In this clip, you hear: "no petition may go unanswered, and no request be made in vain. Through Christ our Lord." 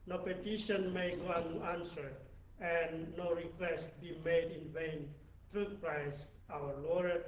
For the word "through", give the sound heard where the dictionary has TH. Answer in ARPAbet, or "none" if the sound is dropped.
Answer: T